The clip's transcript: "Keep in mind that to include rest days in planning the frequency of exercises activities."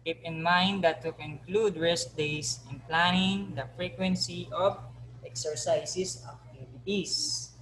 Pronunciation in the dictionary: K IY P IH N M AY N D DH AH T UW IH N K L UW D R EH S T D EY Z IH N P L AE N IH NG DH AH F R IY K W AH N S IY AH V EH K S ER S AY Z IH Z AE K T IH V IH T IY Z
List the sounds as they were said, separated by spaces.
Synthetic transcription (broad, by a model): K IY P IH N M AY N D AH T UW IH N K L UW D R EH S T D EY S IH N P L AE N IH NG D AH F R IY K W AH N S IY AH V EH K S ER S AY S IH S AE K T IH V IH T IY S